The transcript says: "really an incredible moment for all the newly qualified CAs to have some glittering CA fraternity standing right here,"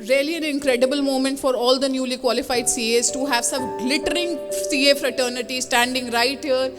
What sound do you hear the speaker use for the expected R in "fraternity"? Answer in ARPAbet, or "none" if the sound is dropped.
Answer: R